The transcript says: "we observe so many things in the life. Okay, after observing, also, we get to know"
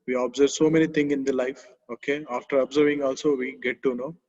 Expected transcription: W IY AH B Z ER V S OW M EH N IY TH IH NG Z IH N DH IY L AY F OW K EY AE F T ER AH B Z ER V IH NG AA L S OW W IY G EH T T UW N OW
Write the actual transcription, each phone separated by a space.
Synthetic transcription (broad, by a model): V IY AH B Z ER V S OW M EH N IY T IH NG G IH N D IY L AY F OW K EY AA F T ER AH B Z ER V IH NG AA L S OW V IY G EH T T UW N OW